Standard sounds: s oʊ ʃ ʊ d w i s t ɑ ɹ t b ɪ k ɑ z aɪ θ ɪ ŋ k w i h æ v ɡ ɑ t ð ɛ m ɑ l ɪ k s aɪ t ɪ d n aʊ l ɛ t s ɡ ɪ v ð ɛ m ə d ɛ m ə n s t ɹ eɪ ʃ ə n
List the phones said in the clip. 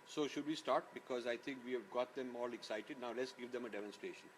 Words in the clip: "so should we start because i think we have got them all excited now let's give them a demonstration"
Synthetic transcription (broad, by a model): s oʊ ʃ ʊ d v i s t ɑ ɹ t b ɪ k ɑ z aɪ t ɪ ŋ k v i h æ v ɡ ɑ t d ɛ m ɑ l ɪ k s aɪ t ɪ d n aʊ l ɛ t s ɡ ɪ v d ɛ m ə d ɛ m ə n s t ɹ eɪ ʃ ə n